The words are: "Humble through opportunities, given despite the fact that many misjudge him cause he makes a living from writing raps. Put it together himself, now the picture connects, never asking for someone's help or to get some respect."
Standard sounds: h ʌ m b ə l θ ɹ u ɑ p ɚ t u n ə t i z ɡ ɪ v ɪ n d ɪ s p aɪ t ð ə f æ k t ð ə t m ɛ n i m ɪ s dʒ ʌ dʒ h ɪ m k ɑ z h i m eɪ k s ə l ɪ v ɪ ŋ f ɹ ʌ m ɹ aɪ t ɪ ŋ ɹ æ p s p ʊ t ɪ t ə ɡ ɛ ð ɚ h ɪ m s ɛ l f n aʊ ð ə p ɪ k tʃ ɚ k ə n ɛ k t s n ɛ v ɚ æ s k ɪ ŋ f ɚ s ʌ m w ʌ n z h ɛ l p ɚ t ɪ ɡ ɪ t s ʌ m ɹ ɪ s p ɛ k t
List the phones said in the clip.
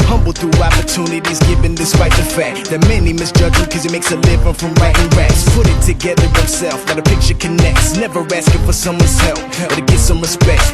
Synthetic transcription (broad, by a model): h ʌ m b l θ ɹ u ɑ p ɚ t u n ə t i z ɡ ɪ v ɪ n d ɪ s p aɪ t ð ə f æ k t ð ə t m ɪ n i m ɪ s dʒ ʌ dʒ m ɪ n k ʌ z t m eɪ k s ə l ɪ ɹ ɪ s f ɹ ʌ m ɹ aɪ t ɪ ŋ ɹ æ s p ʊ t ɪ t ə ɡ ɛ ð ɚ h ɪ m s ɛ l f l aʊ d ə p ɪ k tʃ ɚ k ə n ɛ k t s n ɛ v ɚ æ s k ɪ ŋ f ɚ s ʌ m w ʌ n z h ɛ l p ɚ t ɪ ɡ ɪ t s ʌ m ɹ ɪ s p ɛ k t